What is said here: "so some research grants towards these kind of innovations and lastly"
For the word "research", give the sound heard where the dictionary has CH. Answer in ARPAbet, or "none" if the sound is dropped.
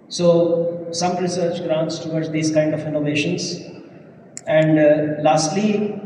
CH